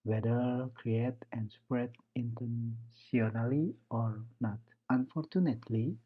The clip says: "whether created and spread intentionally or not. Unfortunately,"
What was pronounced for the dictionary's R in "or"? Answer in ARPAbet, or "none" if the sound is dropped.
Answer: R